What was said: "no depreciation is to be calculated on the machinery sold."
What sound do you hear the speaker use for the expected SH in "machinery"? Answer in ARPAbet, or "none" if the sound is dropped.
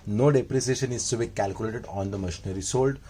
SH